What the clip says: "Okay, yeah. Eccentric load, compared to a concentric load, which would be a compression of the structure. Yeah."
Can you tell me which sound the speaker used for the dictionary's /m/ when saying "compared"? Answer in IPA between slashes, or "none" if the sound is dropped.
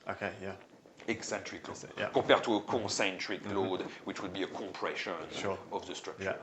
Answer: none